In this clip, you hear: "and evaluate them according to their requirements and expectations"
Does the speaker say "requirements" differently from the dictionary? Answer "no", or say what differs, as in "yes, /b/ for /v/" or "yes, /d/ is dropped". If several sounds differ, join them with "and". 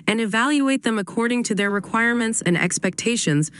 no